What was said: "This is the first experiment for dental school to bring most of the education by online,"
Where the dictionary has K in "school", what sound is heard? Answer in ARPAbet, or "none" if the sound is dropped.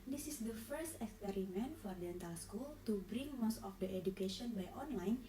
K